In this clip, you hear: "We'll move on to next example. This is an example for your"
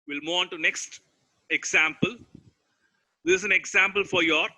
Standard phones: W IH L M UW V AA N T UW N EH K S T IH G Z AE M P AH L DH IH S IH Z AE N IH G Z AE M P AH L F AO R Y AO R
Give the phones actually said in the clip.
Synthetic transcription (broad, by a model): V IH L M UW AA N T UW N EH K S T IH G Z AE M P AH L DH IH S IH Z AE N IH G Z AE M P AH L F AO R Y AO R